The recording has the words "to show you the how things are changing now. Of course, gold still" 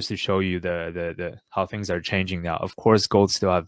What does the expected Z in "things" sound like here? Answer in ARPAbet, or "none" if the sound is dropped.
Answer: Z